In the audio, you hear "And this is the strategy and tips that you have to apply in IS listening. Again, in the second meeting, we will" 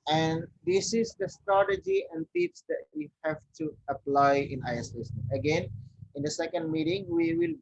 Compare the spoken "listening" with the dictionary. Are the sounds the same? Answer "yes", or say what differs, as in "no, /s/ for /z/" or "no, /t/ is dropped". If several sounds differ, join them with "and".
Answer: no, /s/ is dropped